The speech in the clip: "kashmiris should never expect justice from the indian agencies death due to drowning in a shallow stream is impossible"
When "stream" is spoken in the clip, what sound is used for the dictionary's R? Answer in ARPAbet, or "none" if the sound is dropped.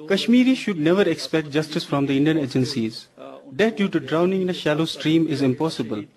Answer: R